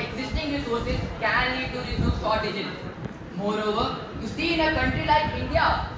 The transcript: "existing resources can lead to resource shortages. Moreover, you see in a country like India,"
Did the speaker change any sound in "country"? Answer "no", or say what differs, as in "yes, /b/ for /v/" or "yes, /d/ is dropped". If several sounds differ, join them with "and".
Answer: no